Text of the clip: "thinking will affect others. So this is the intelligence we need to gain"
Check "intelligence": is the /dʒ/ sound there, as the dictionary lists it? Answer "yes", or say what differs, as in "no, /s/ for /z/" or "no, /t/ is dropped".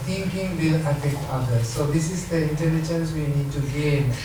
no, /tʃ/ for /dʒ/